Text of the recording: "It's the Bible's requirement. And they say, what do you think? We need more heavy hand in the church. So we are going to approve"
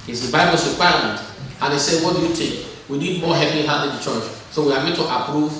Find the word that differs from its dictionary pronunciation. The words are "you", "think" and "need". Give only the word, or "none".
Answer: think